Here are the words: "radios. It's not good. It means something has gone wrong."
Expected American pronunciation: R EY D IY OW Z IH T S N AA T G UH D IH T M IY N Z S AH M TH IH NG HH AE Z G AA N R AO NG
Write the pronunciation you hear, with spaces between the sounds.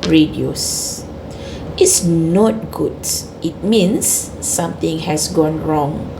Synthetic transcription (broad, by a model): R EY D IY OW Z IH T S N AA T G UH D IH T M IY N S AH M T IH NG HH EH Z G AA N R AO NG